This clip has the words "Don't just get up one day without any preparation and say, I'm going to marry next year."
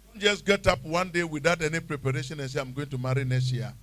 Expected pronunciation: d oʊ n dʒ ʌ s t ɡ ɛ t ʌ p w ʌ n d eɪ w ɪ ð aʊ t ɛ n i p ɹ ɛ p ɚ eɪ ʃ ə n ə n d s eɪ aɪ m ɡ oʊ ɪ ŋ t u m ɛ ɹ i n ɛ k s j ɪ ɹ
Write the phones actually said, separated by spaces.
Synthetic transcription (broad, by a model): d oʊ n dʒ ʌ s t ɡ ɛ t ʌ p w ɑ n d eɪ w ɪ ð aʊ t ɛ n i p ɹ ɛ p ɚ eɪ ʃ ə n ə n s eɪ aɪ m ɡ oʊ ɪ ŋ t u m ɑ ɹ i n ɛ s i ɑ